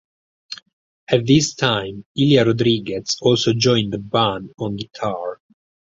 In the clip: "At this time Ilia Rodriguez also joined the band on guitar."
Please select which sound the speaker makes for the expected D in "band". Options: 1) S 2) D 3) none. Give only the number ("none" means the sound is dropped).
3